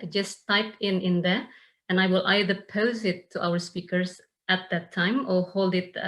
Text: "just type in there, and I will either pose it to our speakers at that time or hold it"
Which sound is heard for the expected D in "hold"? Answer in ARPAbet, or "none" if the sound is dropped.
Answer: D